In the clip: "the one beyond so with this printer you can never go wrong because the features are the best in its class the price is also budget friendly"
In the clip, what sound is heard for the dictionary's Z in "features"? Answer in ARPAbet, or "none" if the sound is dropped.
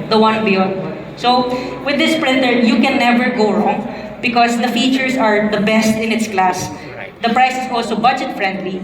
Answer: S